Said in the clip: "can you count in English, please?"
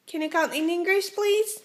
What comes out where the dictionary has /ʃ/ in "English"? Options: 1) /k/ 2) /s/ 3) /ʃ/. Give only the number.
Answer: 2